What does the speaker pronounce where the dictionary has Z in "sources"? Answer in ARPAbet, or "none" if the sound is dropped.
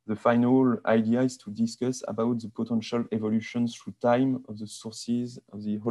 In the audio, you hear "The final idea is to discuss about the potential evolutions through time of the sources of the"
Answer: Z